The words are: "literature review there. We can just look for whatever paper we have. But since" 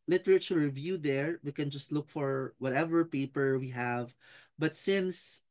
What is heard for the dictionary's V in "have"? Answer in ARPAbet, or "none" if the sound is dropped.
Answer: V